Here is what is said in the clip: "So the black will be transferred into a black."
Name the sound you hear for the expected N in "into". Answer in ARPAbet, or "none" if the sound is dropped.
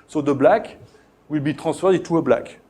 none